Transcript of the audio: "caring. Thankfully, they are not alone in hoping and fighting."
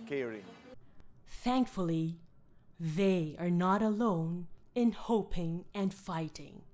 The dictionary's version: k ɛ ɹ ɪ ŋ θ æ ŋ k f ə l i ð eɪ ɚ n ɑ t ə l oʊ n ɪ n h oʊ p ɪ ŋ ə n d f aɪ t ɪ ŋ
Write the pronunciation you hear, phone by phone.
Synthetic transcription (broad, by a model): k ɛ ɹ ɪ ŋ θ æ ŋ k f ə l i ð eɪ ɚ n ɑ t ə l oʊ n ɪ n h oʊ p ɪ ŋ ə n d f aɪ t ɪ ŋ